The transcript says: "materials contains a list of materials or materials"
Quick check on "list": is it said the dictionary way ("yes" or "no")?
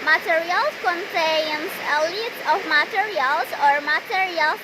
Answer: no